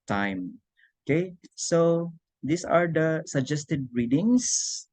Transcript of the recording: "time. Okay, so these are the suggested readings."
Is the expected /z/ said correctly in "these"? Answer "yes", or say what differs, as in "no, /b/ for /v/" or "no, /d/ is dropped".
no, /s/ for /z/